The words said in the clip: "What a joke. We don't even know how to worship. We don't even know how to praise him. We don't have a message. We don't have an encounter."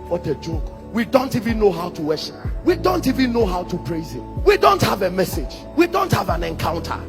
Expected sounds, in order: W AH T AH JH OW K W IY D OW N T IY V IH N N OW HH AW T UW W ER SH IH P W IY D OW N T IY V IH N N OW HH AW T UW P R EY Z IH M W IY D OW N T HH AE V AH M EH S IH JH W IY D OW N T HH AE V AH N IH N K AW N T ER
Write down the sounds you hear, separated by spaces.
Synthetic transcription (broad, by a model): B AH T AH JH OW K W IY D OW N T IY V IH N N OW HH AW T UW W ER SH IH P W IY D OW N T IY V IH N N OW HH AW T UW P R EY Z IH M W IY D OW N T HH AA V AH M EH S IH JH W IY D OW N T HH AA V AH N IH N K AW N T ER